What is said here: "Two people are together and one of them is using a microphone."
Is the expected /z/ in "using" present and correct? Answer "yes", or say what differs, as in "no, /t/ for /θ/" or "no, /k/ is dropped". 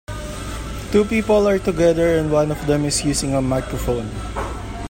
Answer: no, /s/ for /z/